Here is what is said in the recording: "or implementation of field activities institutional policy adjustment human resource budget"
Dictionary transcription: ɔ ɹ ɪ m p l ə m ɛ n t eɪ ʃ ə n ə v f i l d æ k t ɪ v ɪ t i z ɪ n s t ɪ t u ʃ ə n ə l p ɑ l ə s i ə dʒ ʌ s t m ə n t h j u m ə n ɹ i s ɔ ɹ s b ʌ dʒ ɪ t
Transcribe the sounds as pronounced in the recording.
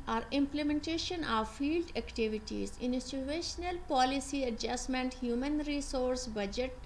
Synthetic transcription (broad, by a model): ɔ ɹ ɪ m p l ə m ɛ n t eɪ ʃ ə n ə v f i l d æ k t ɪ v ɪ t i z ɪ n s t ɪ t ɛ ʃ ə n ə l p ɑ l ə s i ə dʒ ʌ s m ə n t h j u m ə n ɹ i s ɔ ɹ s b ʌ dʒ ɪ t